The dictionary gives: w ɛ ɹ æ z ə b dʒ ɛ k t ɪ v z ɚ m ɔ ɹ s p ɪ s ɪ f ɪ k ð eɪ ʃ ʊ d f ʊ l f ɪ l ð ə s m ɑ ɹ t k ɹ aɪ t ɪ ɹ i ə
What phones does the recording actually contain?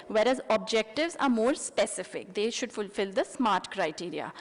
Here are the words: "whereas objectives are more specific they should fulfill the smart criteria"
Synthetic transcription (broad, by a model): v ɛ ɹ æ z ə b dʒ ɛ k t ɪ v z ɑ m ɔ ɹ s p ɪ s ɪ f ɪ k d eɪ ʃ ʊ d f ʊ l f ɪ l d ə s m ɑ ɹ t k ɹ aɪ t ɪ ɹ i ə